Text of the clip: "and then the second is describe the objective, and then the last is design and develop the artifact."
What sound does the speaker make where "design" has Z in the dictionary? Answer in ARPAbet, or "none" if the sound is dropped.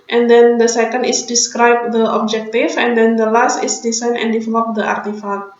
S